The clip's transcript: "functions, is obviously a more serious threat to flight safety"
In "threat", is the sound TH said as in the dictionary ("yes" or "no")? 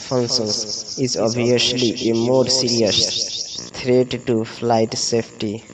no